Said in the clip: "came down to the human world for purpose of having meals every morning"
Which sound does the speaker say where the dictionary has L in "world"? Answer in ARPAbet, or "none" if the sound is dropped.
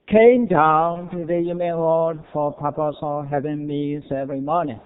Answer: none